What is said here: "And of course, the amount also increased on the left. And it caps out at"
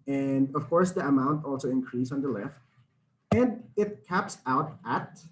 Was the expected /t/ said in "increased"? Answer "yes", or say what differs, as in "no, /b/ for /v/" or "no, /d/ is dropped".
no, /t/ is dropped